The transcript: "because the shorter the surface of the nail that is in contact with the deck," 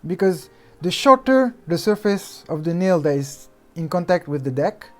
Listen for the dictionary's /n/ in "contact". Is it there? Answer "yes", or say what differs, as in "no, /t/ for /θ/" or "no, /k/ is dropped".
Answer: yes